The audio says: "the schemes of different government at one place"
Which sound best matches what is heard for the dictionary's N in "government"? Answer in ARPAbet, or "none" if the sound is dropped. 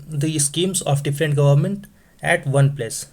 N